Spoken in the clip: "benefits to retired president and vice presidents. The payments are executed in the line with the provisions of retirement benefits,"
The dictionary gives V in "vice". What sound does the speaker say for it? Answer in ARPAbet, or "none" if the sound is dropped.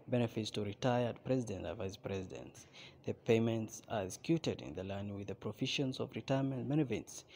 V